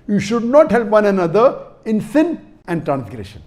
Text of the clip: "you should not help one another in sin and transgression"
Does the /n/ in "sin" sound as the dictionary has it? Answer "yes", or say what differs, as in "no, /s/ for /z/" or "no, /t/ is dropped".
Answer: yes